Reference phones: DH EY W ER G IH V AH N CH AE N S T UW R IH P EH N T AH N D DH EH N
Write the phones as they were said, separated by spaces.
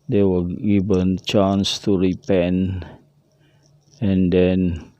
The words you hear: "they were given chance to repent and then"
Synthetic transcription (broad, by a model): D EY W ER G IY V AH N CH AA N S T UW R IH P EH N AH N D EH N